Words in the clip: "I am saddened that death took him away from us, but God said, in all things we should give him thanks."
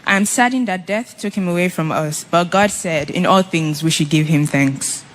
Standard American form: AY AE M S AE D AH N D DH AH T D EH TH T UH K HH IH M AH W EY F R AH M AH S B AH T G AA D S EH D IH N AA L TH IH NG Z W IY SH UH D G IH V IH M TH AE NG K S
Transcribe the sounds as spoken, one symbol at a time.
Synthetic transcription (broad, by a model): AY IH M S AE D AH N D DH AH T D EH TH T UH K HH IH M AH W EY F R AH M AH S B AH T G AA D S EH D IH N AA L TH IH NG Z W IY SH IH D G IH V IH M TH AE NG K S